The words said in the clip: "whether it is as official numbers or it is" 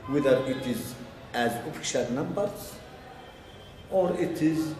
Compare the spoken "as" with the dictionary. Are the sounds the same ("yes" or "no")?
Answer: yes